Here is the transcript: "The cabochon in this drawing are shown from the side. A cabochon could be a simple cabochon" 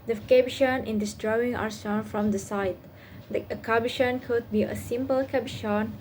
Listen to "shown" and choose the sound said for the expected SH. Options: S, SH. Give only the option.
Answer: S